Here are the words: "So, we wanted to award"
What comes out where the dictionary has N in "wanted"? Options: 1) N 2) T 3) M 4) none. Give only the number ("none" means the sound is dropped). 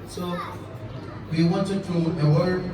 1